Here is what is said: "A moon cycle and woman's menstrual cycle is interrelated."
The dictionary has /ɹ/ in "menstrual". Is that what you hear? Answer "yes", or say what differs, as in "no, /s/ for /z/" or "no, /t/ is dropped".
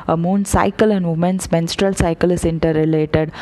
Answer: yes